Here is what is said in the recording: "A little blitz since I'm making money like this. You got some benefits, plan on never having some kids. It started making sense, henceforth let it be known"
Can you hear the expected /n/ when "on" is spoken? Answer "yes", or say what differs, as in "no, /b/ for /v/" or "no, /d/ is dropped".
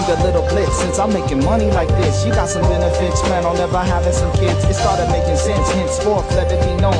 no, /l/ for /n/